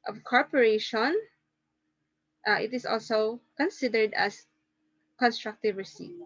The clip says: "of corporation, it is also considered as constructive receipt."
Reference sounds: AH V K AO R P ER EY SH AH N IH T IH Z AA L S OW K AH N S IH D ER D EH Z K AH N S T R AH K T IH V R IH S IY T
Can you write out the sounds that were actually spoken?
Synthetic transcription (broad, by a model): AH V K AO R P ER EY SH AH N IH T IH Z AA L S OW K AH N S IH D ER D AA S K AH N S T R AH K T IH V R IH S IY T